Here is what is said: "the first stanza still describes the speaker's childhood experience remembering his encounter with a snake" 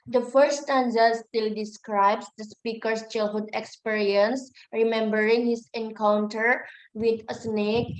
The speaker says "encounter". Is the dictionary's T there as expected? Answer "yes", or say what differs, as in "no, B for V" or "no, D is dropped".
yes